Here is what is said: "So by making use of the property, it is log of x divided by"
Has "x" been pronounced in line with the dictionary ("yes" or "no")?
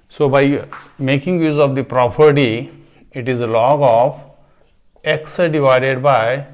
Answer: yes